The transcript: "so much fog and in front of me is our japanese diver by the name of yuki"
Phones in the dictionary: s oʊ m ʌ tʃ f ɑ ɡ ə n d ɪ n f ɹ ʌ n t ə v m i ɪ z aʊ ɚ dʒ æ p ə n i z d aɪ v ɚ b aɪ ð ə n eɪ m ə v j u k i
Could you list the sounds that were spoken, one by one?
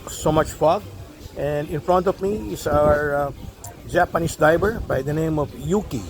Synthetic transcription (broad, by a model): s oʊ m ʌ tʃ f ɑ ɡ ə n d ɪ n f ɹ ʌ n t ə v m i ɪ s aʊ ɚ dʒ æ p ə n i s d aɪ b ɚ b aɪ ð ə n eɪ m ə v j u k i